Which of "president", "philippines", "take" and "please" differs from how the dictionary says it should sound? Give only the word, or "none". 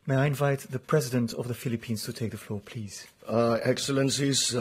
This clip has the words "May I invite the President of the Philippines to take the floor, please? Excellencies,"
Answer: none